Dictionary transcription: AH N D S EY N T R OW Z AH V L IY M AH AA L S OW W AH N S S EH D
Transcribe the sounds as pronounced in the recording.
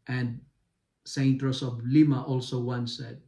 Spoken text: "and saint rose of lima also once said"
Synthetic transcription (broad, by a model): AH N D S EY N T R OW S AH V L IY M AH AA L S OW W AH N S S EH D